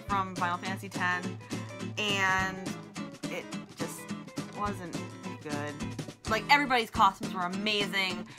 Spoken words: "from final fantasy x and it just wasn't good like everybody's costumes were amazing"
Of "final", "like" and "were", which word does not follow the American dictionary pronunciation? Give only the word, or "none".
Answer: final